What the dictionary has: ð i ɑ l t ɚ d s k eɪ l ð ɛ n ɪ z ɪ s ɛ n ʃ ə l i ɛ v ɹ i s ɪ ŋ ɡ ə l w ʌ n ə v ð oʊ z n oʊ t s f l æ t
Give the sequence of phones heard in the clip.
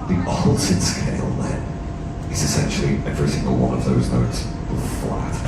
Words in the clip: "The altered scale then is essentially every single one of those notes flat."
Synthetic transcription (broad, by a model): ð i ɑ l s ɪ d s k eɪ l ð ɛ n ɪ z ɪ s ɛ n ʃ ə l i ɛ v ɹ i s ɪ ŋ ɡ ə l w ʌ n ə v ð oʊ z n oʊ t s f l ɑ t